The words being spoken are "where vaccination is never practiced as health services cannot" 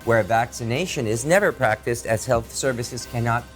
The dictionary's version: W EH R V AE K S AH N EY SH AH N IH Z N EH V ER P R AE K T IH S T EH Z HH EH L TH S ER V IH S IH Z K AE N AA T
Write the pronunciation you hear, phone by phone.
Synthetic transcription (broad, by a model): W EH R V AE K S AH N EY SH AH N IH Z N EH V ER P R AE K T IH S T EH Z HH EH L TH S ER V IH S IH Z K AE N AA T